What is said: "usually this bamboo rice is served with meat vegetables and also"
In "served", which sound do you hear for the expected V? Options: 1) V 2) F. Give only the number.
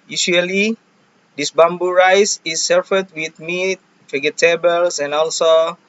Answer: 2